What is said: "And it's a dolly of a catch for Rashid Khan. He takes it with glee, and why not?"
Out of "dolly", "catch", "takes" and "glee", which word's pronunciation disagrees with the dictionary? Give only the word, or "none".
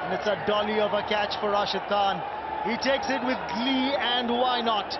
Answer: none